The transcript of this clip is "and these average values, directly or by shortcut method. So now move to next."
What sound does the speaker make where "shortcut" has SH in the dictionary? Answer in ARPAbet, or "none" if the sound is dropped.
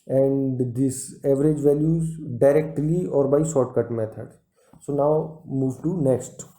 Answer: S